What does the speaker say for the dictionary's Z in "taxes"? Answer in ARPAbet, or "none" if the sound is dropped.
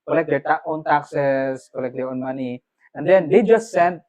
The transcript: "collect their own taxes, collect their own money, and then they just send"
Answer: S